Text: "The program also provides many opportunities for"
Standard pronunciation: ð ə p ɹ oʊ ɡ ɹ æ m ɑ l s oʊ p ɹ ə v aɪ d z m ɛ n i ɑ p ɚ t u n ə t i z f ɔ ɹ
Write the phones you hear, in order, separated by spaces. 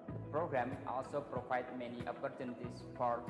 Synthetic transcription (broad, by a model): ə p ɹ oʊ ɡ ɹ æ m ɑ l s oʊ p ɹ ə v aɪ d m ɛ n i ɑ p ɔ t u n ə t i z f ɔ ɹ